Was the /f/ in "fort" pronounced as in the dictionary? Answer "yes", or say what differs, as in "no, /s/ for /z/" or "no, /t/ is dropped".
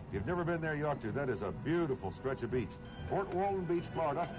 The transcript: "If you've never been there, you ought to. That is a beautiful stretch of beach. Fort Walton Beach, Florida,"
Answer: no, /p/ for /f/